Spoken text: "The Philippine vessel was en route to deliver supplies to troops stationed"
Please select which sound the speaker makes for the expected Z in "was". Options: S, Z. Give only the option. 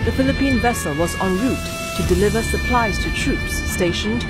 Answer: Z